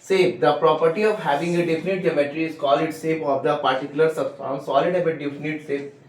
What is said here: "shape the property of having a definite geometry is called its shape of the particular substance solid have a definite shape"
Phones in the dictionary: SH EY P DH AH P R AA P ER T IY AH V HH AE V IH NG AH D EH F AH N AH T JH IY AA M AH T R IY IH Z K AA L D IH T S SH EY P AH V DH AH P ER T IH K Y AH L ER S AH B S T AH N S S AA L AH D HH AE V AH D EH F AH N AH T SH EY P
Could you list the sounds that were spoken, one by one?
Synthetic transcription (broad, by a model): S EY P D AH P R AA P ER T IY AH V HH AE V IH NG AH D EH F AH N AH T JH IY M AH T R IY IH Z K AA L IH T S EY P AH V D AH P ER T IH K Y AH L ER S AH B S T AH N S S AA L AH D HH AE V AH D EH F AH N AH T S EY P